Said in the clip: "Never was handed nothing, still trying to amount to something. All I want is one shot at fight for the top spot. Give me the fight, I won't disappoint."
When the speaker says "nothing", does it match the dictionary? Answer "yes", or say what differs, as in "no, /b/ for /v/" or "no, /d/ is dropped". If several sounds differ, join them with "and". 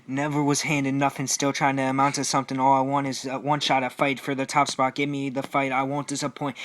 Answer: no, /f/ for /θ/